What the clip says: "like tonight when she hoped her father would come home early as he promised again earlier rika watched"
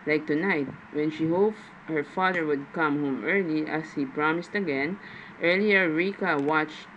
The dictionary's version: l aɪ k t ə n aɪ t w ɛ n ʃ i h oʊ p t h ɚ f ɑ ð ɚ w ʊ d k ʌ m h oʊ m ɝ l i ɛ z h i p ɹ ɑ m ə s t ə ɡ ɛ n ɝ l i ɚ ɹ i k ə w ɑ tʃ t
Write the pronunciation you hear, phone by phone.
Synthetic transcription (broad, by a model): l aɪ k t ə n aɪ t w ɛ n ʃ i h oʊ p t h ɚ f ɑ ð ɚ w ʊ d k ʌ m h oʊ m ɝ l i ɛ s h i p ɹ ɑ m ə s t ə ɡ ɛ n ɝ l i ɚ ɹ i k ə w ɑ tʃ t